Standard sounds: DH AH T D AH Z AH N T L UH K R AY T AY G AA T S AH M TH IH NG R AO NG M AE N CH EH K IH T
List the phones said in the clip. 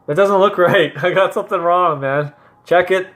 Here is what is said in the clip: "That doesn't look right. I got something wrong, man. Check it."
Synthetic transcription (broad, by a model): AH T D AH Z AH N T L UH K R AY T AY G AA T S AH M TH IH NG R AO NG M AE N CH EH K IH T